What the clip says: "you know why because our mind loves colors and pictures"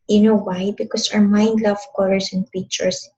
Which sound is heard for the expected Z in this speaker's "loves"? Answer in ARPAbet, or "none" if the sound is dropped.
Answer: none